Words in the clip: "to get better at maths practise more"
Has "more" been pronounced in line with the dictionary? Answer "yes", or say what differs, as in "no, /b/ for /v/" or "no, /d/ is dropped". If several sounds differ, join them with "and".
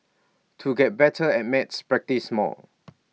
no, /l/ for /ɹ/